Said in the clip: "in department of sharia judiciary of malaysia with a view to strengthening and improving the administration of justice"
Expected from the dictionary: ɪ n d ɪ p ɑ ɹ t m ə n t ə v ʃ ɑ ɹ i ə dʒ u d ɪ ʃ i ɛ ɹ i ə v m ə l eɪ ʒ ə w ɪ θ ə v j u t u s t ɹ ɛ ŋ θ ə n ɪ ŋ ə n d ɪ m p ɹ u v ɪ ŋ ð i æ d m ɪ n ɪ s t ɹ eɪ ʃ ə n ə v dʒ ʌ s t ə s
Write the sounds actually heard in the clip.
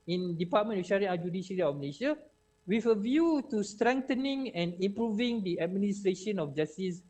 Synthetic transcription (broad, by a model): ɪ n d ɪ p ɑ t m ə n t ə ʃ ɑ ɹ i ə dʒ u d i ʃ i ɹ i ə f m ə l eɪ ʃ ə w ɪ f ə v j u t u s t ɹ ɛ ŋ t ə n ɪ ŋ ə n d ɪ m p ɹ u v ɪ ŋ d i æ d m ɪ n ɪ s t ɹ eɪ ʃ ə n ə f dʒ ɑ s t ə s